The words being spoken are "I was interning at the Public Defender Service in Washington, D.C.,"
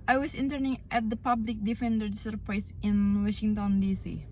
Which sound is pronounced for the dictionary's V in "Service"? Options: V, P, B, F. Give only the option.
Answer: P